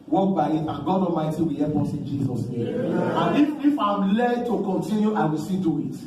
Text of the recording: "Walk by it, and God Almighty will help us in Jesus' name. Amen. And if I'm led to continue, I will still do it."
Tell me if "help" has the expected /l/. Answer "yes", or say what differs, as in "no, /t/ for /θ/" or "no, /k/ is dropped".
no, /l/ is dropped